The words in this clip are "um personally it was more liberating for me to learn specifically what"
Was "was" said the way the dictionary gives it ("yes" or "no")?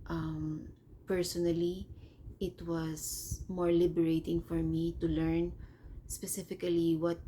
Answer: no